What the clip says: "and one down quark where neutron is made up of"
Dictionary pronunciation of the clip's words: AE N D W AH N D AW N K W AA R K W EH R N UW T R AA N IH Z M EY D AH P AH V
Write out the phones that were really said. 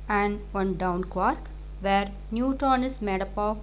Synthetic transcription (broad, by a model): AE N D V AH N D AW N K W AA R K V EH R N UW T AA N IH S M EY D AH P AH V